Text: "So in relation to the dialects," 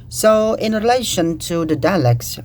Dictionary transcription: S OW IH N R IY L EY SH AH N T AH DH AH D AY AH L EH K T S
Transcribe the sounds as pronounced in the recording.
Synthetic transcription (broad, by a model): S OW IH N R IY L EY SH AH N T AH DH AH D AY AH L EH K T S